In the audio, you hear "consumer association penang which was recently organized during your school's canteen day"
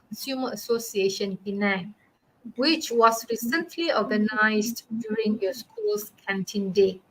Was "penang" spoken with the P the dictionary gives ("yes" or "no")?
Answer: no